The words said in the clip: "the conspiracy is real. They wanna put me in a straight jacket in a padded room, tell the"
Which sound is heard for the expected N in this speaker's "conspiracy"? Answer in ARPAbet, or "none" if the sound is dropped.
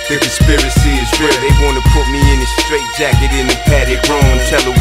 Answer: none